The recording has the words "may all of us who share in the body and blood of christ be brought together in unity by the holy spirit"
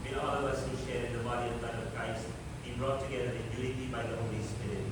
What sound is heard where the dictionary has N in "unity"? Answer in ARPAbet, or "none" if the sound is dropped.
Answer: L